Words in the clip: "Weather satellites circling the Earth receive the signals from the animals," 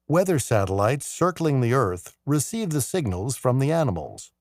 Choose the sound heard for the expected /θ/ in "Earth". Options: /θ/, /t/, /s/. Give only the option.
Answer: /θ/